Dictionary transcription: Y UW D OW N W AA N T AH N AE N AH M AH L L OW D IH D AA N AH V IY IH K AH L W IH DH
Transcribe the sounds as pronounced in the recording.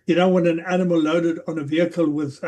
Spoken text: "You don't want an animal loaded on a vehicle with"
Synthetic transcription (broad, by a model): Y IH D OW W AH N AH N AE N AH M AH L L OW D IH D N AH V IY IH K AH L W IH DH